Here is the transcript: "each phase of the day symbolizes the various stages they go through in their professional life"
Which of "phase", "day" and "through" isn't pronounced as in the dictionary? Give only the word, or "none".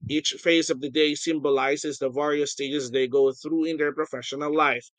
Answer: none